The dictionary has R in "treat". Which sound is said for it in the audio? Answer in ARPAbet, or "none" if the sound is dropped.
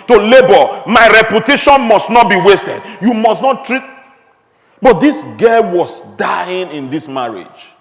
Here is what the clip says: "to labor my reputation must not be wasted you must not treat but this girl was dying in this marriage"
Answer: R